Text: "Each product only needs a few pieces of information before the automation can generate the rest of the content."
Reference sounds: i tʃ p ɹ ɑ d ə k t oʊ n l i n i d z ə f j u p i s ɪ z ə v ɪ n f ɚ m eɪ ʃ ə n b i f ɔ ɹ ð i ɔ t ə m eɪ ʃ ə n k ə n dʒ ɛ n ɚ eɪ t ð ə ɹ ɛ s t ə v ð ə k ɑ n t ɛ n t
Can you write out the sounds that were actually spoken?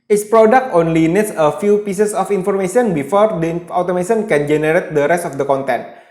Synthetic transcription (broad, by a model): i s p ɹ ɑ d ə k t oʊ n l i n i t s ə f j u p i s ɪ s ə f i n f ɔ m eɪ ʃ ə n b i f ɔ ɹ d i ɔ t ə m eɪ s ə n k ə n dʒ ɛ n ɚ eɪ t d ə ɹ ɛ s t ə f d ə k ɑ n t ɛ n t